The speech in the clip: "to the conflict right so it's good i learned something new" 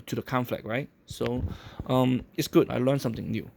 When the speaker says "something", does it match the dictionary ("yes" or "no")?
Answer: no